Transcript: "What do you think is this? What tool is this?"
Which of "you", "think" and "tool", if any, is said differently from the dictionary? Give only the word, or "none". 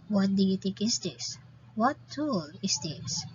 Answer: think